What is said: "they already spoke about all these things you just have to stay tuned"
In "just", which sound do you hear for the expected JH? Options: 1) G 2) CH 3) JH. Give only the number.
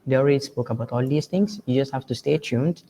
3